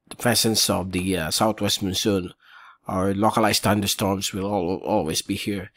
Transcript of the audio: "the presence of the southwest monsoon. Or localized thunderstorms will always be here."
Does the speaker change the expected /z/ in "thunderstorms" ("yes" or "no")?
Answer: yes